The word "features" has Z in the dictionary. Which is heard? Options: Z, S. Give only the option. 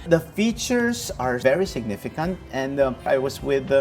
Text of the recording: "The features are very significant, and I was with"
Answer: S